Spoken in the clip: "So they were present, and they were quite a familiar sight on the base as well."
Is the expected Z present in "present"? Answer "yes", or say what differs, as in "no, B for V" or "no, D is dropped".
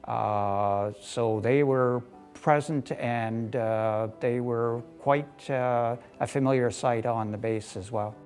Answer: yes